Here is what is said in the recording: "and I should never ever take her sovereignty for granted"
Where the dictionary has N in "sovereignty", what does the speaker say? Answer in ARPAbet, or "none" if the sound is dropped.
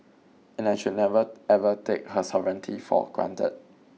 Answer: N